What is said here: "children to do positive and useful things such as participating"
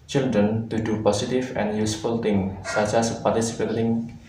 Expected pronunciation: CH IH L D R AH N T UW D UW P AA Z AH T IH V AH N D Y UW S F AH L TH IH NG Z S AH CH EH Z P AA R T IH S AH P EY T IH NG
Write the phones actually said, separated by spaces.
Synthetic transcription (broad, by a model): CH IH L D R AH N T UW D UW P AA S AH T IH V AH N Y UW S F AH L T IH NG S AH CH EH S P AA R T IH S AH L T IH NG